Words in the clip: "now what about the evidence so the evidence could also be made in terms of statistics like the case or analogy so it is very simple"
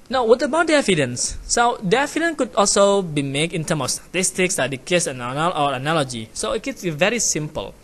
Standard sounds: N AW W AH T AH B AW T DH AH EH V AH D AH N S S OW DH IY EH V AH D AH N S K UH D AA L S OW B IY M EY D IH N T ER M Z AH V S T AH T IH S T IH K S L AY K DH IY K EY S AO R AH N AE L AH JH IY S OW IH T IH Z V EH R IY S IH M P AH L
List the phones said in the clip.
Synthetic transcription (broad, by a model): N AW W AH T AH B AW T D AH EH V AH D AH N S S OW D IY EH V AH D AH N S K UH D AA L S OW B IY M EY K IH N T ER M AH F S T AH T IH S T IH K S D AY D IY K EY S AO L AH N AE L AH JH IY S OW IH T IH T V EH R IY S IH M P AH L